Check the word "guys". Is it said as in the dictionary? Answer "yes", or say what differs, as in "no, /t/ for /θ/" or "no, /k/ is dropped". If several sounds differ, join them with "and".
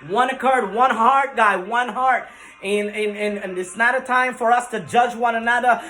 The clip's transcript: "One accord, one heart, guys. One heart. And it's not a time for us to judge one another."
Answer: no, /z/ is dropped